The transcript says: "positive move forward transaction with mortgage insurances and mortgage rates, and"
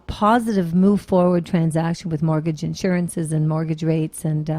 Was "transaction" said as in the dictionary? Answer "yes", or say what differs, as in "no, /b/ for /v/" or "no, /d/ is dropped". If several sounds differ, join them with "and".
yes